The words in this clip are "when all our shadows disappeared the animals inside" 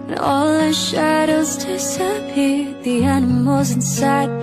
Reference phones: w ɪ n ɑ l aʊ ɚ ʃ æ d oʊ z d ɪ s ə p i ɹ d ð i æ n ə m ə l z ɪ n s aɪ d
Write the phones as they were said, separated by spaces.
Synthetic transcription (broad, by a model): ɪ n ɑ l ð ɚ ʃ æ d oʊ z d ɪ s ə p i ð i æ n ə m ə l z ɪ n s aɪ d